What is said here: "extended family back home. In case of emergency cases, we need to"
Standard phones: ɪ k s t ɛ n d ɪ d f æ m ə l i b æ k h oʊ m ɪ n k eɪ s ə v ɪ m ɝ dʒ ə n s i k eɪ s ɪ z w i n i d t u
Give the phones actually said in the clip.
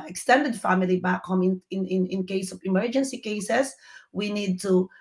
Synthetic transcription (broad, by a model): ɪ k s t ɛ n d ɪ d f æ m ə l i b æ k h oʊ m ɪ n k eɪ s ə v ɪ m ɝ dʒ ə n s i k eɪ s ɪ s w i n i d t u